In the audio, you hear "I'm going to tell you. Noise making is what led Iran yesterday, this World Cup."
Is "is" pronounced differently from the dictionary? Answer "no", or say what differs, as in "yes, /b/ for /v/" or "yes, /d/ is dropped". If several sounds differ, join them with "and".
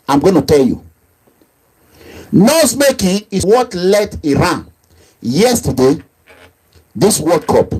yes, /s/ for /z/